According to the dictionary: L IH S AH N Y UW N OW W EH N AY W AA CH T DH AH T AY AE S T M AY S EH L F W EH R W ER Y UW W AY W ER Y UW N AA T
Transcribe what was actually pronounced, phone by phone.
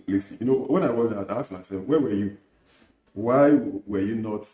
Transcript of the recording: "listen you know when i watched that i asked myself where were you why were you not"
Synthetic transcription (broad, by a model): L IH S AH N Y UW N OW W EH N AY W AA T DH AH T AY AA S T M AY S EH L F W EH W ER Y UW W AY W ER Y UW N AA T